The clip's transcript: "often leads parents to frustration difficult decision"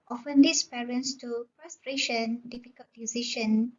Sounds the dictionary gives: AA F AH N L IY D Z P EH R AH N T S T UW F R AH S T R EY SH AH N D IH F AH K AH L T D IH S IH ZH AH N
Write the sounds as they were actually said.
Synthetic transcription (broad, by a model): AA F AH N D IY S P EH R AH N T S T UW P R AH S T R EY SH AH N D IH F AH K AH L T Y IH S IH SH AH N